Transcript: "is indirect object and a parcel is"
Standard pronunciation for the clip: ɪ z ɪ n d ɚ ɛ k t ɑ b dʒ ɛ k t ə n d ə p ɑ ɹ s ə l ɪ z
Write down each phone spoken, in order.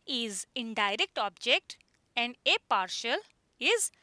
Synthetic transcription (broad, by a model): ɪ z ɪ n d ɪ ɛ k t ɑ b dʒ ɛ k t ə n d ə p ɑ ɹ ʃ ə l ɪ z